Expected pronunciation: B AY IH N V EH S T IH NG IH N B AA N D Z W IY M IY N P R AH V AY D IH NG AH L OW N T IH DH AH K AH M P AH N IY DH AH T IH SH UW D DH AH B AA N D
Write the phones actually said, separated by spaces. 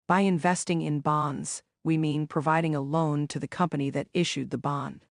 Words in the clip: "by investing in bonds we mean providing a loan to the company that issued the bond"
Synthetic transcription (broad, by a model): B AY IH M V EH S T IH NG IH N B AA N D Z W IY M IY N P R AH V AY D IH NG AH L OW N T IH DH AH K AH M P AH N IY DH AH T IH SH UW D DH AH B AA N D